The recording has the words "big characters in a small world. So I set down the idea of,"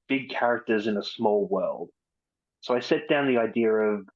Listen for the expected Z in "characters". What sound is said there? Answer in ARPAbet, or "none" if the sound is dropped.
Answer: Z